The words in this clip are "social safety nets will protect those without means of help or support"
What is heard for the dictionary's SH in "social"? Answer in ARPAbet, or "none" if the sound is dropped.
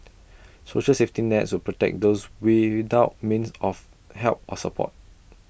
SH